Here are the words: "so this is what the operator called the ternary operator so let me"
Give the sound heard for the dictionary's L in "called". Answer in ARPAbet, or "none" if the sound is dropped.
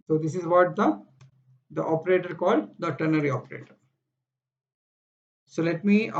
L